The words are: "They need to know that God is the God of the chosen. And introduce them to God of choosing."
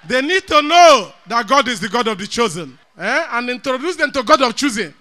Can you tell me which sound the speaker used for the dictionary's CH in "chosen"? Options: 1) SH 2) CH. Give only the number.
2